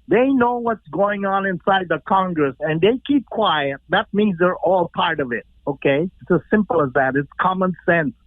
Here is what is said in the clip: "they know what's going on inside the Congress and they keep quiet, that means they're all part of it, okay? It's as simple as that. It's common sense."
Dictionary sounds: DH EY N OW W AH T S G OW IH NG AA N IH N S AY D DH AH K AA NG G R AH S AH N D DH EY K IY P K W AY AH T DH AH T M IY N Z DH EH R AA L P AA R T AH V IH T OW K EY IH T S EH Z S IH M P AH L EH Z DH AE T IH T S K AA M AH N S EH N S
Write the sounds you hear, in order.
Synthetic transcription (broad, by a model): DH EY N OW W AH T S G OW IH NG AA N IH N S AY D DH AH K AA NG G R AH S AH N DH EY K IY P K W AY AH T DH AH T M IY N Z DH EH R AA L P AA R T AH V IH T OW K EY IH T S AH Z S IH M P L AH Z DH AE T IH T S K AA M AH N S EH N S